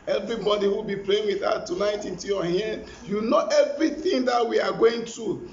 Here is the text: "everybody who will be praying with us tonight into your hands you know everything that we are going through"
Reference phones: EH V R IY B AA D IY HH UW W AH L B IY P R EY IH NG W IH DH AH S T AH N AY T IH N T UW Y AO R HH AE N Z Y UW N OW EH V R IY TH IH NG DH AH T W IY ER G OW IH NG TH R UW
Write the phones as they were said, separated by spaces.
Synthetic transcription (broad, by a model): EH V R IY B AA D IY W AH L B IY P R EY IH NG W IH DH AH T AH N AY T IH N T UW Y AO HH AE N Y UW N OW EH V R IY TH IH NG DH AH T W IY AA G OW IH NG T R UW